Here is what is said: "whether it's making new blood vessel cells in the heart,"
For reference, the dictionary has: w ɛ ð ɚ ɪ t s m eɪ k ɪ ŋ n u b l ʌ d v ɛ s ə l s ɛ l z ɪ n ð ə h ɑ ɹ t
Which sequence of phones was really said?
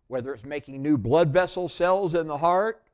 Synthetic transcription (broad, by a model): w ɛ ð ɚ ɪ t s m eɪ k ɪ ŋ n u b l ʌ d v ɛ s l s ɛ l z ɪ n ð ə h ɑ ɹ t